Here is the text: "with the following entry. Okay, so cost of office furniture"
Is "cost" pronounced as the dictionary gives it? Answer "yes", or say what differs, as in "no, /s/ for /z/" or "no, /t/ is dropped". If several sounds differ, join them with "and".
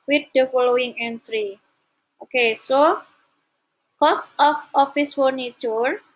yes